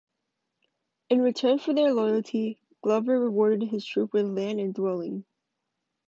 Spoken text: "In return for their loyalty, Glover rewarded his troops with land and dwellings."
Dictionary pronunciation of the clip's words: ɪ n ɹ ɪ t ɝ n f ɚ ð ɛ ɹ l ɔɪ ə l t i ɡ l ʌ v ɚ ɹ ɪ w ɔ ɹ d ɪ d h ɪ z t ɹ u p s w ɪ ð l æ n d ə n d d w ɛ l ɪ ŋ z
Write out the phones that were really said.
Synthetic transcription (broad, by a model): ɪ n ɹ ɪ t ɝ n f ɚ ð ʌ ɹ l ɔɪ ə l t i ɡ l ʌ v ɚ ɹ ɪ w ɔ ɹ d ɪ d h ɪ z t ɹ u p w ɪ ð l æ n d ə n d d w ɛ l ɪ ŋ